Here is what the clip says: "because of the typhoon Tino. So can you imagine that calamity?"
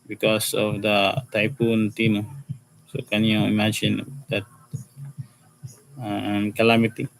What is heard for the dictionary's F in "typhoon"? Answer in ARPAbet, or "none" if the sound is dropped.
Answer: P